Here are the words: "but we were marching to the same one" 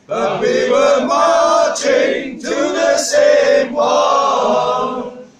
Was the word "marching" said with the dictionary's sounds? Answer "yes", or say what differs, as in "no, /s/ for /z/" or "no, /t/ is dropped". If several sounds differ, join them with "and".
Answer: no, /l/ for /ɹ/